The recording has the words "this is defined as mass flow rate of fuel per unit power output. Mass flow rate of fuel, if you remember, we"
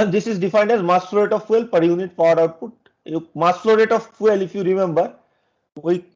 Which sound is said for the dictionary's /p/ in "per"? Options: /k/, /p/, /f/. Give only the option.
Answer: /p/